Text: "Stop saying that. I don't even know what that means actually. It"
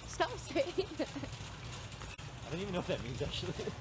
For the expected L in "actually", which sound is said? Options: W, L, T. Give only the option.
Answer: L